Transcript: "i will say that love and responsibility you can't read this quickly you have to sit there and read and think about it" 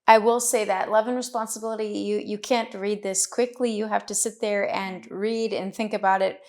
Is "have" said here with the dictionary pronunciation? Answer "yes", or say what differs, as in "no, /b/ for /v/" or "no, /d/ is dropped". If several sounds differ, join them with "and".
no, /f/ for /v/